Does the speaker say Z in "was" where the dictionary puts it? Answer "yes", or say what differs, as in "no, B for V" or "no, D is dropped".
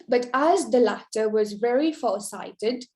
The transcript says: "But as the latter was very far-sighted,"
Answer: yes